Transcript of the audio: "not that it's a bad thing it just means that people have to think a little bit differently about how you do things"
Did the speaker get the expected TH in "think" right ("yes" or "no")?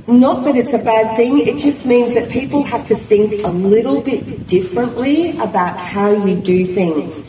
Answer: yes